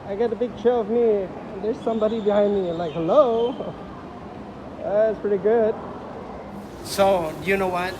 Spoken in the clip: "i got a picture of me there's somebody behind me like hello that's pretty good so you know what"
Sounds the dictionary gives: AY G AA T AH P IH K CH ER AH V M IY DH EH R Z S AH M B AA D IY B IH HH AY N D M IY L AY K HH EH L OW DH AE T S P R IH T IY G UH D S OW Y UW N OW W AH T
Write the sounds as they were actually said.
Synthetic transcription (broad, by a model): AY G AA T AH B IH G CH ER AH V M IY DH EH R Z S AH M B AA D IY B IH HH AY N D M IY L AY K HH EH L OW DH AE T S P R IH T IY G UH D S OW Y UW N OW W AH T